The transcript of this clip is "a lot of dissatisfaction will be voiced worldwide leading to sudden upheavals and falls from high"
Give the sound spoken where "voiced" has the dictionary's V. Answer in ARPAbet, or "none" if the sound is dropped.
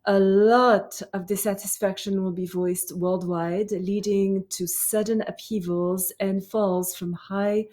V